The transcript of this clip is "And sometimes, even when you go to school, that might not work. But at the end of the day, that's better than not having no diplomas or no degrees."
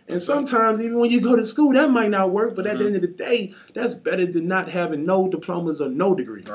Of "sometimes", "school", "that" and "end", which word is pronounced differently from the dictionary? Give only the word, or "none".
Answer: none